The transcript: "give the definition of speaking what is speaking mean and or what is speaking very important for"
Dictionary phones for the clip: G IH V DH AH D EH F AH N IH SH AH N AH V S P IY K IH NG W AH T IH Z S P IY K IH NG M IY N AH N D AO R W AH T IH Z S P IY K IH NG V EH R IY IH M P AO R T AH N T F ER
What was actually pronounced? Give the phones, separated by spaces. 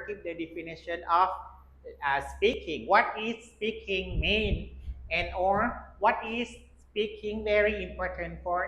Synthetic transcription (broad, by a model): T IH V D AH D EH F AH N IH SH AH N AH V S P IY K IH NG W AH T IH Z S P IY K IH NG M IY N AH N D AO R W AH T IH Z S P IY K IH NG V EH R IY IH M P AO R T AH N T F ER